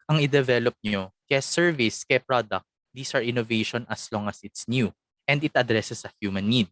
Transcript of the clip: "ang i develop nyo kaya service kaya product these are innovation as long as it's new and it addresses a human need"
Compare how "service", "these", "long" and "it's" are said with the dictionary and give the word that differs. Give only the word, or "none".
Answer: these